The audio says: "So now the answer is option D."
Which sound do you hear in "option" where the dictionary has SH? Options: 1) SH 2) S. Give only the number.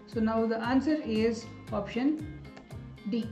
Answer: 1